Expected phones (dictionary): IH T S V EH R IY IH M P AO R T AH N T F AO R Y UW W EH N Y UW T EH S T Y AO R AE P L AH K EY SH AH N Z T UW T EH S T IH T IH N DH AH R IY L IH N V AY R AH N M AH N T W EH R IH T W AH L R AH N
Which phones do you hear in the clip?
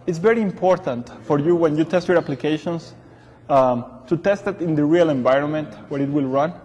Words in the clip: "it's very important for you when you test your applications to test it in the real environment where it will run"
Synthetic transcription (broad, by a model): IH T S V EH R IY IH M P AO R T AH N T F AO R Y UW W EH N Y UW T EH S T Y AO R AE P L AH K EY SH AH N S T UW T EH S T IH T IH N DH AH R IY L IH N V AY R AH N M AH N T W EH R IH T W AH L R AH N